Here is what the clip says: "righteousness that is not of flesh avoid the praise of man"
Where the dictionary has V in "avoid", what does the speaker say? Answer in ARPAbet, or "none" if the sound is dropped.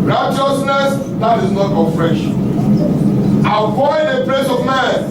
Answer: F